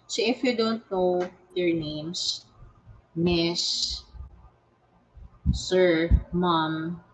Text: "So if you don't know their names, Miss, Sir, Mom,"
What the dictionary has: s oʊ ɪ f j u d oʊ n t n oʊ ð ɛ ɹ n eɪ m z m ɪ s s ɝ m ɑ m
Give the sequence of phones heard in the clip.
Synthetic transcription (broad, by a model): s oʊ ɪ f j u d oʊ n t n oʊ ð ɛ ɹ n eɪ m s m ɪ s s ɝ m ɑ m